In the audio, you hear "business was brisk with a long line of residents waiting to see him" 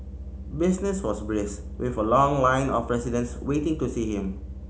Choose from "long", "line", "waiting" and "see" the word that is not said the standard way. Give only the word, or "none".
none